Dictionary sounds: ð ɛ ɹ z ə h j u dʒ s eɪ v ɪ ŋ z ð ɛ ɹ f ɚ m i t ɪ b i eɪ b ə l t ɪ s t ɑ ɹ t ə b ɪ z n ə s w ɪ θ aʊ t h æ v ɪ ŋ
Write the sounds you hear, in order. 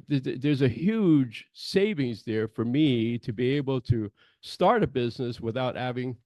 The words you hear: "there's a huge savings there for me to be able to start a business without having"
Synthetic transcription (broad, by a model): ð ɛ ɹ z ə h j u dʒ s eɪ v ɪ ŋ z ð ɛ ɹ f ɚ m i t ɪ b i eɪ b l t ɪ s t ɑ ɹ t ə b ɪ z n ə s w ɪ θ aʊ t h æ v ɪ ŋ